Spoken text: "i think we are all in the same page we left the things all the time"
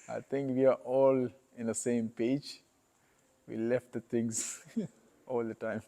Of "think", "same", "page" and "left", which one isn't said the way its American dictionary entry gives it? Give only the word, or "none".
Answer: think